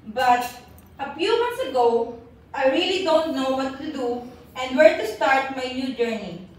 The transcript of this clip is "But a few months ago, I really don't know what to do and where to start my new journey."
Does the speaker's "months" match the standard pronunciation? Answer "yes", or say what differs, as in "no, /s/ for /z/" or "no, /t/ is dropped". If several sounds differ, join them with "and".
no, /t/ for /θ/